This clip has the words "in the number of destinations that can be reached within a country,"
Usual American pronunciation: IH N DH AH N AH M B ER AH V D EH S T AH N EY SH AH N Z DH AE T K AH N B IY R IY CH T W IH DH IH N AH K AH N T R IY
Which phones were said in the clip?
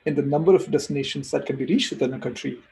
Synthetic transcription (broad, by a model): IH N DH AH N AH M B ER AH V D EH S T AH N EY SH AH N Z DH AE T K AH N B IY R IY CH T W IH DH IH N AH K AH N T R IY